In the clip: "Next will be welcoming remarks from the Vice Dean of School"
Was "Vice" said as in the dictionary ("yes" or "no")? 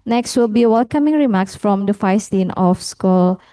no